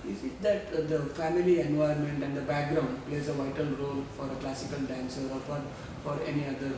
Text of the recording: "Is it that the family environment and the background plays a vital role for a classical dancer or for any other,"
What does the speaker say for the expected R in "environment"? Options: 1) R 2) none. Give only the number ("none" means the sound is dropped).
2